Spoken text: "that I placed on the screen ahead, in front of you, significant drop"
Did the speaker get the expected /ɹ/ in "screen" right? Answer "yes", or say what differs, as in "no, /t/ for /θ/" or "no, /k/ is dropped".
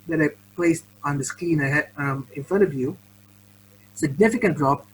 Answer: no, /ɹ/ is dropped